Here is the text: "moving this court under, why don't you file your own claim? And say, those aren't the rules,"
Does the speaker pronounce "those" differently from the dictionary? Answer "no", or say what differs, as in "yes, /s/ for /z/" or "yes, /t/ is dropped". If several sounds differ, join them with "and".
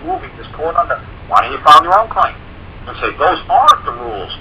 no